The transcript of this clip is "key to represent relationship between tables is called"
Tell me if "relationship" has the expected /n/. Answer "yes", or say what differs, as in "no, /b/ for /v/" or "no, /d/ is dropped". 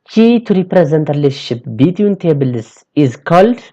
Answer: no, /n/ is dropped